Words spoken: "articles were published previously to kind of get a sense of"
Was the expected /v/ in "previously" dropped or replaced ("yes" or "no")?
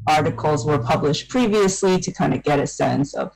no